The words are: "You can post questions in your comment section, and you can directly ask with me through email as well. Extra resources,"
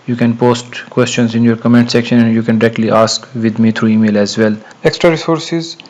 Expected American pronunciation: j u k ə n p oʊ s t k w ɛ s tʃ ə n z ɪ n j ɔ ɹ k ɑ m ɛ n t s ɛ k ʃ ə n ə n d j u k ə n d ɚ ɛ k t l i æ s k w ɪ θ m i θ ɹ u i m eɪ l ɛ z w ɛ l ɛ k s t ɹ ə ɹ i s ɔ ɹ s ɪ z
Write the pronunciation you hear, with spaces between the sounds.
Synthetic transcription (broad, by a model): j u k ə n p oʊ s t k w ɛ s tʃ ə n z ɪ n j ɔ ɹ k ɑ m ɛ n t s ɛ k ʃ ə n ə n d j u k ə n d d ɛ k t l i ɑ s k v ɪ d m i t ɹ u i m eɪ l ɛ z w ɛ l ɛ k s t ɹ ə ɹ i s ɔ ɹ s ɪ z